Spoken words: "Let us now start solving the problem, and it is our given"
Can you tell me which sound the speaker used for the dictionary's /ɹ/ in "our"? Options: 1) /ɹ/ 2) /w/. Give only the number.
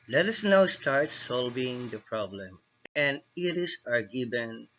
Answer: 1